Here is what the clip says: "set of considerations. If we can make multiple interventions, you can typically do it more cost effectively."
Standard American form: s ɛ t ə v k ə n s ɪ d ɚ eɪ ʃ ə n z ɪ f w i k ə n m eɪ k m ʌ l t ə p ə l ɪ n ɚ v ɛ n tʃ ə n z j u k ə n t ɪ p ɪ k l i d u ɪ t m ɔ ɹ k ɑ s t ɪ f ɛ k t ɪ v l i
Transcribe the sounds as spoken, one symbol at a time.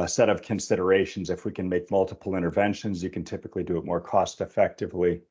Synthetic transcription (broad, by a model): s ɛ t ə v k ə n s ɪ d ɚ eɪ ʃ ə n z ɪ f w i k ə n m eɪ k m ʌ l t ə p l ɪ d ɚ v ɛ n ʃ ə n z j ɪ k ə n t ɪ p ɪ k l i d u ɪ t m ɔ ɹ k ɑ s t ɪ f ɛ k t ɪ v l i